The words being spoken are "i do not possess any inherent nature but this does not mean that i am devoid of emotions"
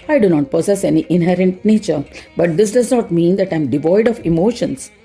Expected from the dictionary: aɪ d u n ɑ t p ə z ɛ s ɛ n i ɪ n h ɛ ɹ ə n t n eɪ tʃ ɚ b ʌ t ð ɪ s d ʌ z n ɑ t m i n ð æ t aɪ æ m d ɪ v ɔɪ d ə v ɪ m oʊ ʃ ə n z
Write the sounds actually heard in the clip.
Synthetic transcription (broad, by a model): aɪ d u n ɑ t p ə s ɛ s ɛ n i ɪ n h ɛ ɹ ə n t n eɪ tʃ ɚ b ʌ t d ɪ s d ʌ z n ɑ t m i n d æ t aɪ m d ɪ v ɔɪ d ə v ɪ m oʊ ʃ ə n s